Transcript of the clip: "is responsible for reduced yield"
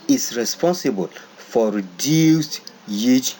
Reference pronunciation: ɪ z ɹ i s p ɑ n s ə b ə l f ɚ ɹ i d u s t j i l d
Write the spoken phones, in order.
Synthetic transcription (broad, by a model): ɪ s ɹ i s p ɑ n s ə b ə l f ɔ ɹ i d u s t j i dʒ